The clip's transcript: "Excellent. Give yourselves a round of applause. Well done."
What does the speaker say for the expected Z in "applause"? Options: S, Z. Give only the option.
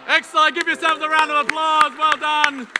Z